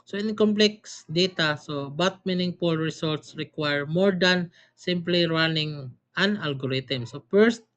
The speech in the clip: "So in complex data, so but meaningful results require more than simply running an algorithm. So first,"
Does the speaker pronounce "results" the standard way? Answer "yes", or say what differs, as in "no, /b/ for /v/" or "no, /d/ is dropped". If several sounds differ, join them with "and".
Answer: no, /s/ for /z/